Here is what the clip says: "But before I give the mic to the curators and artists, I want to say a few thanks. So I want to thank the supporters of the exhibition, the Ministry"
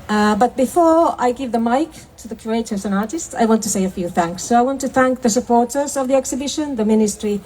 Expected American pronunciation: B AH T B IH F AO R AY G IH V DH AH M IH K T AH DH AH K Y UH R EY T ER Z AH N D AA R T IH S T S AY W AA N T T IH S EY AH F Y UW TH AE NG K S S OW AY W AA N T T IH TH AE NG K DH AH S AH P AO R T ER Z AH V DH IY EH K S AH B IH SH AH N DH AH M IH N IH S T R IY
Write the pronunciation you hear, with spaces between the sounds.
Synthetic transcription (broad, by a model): B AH T B IH F AO R AY G IH V DH AH M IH K T AH DH AH K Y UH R EY T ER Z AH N AA R T IH S T S AY W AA N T T IH S EY AH F Y UW TH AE NG K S S OW AY W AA N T T IH TH AE NG K DH AH S AH P AO R T ER Z AH V DH IY EH K S AH B IH SH AH N DH AH M IH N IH S T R IY